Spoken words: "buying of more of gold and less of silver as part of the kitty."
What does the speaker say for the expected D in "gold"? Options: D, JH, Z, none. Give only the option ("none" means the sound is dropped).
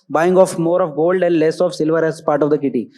D